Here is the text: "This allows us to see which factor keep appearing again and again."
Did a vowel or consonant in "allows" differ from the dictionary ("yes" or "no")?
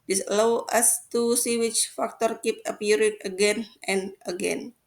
yes